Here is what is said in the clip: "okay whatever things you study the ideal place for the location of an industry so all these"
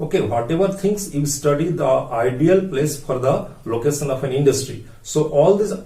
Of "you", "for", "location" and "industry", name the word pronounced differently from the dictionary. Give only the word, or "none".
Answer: none